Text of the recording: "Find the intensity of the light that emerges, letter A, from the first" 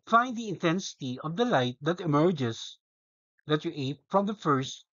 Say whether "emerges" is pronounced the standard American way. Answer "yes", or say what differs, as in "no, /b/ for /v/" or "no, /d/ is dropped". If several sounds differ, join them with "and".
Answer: no, /s/ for /z/